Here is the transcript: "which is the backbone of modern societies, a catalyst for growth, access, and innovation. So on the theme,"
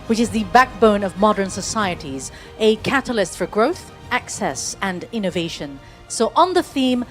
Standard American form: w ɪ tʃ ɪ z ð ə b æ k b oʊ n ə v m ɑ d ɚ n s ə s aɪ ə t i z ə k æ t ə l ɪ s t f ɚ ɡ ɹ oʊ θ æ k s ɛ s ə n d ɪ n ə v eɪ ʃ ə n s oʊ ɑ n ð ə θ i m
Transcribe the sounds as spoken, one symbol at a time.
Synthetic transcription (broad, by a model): w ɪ tʃ ɪ z ð ə b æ k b oʊ n ə v m ɑ d ɚ n s ə s aɪ ə t i z ə k æ t ə l ɪ s t f ɚ ɡ ɹ oʊ θ æ k s ɛ s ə n ɪ n ə v eɪ ʃ ə n s oʊ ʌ n ð ə θ i m